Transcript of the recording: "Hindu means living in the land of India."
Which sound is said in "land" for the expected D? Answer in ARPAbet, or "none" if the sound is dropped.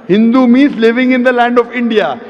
D